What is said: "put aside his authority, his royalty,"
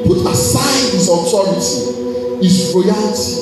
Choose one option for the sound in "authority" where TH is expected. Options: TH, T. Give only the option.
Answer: T